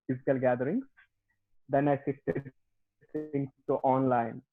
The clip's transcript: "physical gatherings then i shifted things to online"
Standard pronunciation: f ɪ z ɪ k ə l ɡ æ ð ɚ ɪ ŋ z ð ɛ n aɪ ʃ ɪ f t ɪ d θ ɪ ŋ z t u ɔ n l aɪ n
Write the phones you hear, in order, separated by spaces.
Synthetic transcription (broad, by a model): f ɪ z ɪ k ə l ɡ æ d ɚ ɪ ŋ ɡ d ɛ n aɪ s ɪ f t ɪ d s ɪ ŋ s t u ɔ n l aɪ n